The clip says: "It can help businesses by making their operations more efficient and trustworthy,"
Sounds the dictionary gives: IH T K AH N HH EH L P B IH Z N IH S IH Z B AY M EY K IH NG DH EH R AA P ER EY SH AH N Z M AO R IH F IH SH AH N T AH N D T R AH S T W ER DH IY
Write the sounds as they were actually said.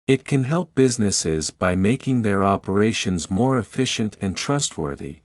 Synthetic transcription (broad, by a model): IH T K AH N HH EH L P B IH Z N IH S IH Z B AY M EY K IH NG DH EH R AA P ER EY SH AH N Z M AO R IH F IH SH AH N T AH N T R AH S T W ER DH IY